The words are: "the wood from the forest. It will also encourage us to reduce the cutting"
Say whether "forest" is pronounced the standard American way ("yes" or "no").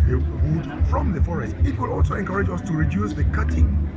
yes